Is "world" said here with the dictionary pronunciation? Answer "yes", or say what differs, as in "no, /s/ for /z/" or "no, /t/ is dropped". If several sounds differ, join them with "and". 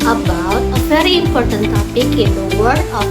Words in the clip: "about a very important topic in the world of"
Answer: no, /l/ is dropped